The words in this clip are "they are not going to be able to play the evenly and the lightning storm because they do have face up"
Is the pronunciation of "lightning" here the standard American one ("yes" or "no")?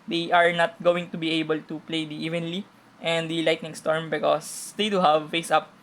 yes